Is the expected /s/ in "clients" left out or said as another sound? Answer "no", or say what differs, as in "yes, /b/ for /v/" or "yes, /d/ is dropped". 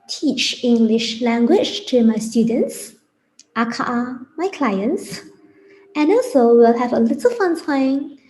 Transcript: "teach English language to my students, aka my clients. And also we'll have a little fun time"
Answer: no